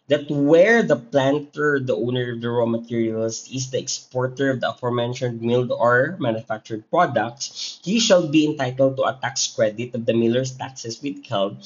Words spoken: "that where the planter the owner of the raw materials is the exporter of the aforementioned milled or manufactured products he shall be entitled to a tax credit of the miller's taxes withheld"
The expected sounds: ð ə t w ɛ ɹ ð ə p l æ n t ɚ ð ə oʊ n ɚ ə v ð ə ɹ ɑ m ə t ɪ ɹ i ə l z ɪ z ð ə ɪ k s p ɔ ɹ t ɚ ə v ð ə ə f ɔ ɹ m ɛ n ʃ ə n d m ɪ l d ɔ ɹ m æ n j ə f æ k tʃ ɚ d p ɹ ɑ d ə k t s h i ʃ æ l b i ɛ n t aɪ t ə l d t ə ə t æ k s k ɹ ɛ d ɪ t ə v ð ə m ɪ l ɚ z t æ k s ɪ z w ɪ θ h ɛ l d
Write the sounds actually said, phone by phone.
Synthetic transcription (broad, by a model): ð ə t w ɛ ɹ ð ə p l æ n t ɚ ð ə oʊ n ɚ ə v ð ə ɹ ɑ m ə t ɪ ɹ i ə l s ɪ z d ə ɪ k s p ɔ ɹ t ɚ ə v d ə ə f ɔ ɹ m ɛ n ʃ ə n d m ɪ l d ɔ ɹ m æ n j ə f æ k tʃ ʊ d p ɹ ɑ d ə k t s h i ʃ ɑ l b i ɛ n t aɪ t ə l d t ə ə t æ k s k ɹ ɛ d ɪ t ə v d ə m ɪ l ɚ s t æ k s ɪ s w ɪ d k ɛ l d